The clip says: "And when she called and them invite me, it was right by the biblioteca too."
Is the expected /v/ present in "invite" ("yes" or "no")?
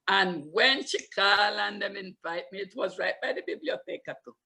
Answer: no